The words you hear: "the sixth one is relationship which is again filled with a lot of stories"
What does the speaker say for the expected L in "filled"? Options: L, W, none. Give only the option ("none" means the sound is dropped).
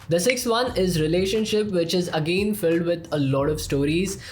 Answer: L